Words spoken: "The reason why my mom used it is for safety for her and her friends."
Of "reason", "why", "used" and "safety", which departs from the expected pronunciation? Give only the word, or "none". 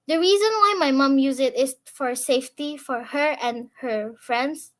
used